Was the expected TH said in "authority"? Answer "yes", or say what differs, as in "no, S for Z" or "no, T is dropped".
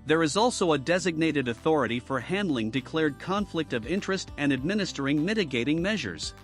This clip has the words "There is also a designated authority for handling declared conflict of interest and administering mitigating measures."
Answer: yes